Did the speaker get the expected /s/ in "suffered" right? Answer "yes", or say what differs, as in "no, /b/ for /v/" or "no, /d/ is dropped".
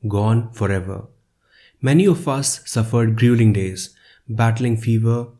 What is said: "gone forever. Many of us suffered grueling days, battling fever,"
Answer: yes